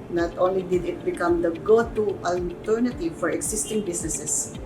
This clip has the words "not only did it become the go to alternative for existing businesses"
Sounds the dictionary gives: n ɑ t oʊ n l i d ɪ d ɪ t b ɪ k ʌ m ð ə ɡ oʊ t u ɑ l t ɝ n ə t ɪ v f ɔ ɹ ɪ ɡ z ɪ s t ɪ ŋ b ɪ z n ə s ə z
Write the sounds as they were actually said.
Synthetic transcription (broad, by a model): n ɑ t oʊ n l i d ɪ d ɪ t b ɪ k ʌ m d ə ɡ oʊ t u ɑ l t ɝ n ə t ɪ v f ɔ ɹ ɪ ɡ s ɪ s t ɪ ŋ b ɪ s n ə s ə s